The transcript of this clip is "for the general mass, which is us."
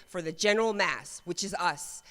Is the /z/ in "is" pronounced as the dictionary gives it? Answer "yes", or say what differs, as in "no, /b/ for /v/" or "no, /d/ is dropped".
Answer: yes